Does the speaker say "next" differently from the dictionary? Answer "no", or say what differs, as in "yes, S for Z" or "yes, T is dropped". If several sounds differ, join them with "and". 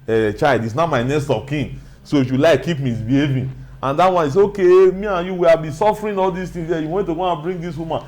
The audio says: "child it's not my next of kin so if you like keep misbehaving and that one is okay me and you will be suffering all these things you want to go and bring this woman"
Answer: yes, K is dropped